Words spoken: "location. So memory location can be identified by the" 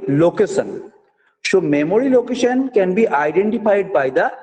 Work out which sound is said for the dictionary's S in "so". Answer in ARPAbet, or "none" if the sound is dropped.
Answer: SH